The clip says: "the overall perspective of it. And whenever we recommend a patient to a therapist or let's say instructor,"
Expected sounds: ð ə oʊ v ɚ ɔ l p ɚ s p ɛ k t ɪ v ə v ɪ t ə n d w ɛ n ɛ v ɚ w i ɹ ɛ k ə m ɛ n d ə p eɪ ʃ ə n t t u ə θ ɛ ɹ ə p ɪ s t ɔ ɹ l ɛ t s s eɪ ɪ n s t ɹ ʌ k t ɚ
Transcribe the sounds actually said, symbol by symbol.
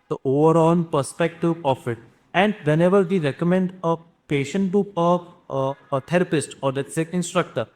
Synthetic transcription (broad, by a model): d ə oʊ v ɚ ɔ n p ɚ s p ɛ k t ɪ v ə f ɪ t ə n d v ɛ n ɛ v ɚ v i ɹ ɛ k ə m ɛ n d ə p eɪ ʃ ə n t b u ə t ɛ ɹ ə p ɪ s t ɔ ɹ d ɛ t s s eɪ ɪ n s t ɹ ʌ k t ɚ